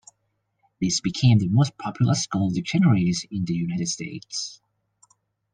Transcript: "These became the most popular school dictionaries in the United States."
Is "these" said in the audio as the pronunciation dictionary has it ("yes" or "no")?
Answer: no